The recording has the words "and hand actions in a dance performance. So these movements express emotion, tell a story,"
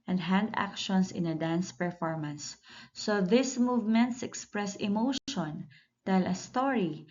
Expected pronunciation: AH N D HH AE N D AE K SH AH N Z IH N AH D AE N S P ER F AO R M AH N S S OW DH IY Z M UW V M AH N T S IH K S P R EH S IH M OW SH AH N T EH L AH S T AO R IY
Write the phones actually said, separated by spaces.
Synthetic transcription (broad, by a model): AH N D HH AE N D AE K SH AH N S IH N AH D AE N S P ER F AO R M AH N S S OW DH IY S M UW V M AH N T S IH K S P R EH S IH M OW SH AH N T EH L AH S T AO R IY